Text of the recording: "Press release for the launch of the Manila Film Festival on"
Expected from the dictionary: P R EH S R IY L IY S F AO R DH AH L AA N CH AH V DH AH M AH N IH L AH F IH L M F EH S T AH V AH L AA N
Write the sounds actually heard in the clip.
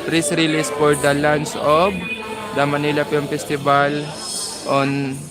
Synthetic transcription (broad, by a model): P R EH S R IY L IY S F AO R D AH L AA N S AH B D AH M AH N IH L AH P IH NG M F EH S T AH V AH L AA N